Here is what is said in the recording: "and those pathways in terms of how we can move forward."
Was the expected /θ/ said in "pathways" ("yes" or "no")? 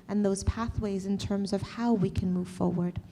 yes